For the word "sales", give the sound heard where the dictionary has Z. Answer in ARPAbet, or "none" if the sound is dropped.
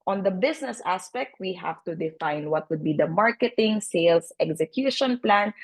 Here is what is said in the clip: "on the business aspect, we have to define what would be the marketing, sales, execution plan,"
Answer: S